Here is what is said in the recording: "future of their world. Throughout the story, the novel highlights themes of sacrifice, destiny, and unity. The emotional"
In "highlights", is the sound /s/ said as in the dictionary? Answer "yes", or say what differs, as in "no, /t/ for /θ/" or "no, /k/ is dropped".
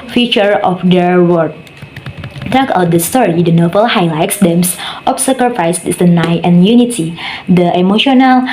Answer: yes